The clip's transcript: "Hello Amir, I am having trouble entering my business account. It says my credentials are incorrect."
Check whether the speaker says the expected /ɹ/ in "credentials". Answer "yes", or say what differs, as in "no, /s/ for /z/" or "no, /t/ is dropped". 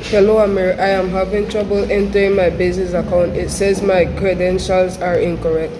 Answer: yes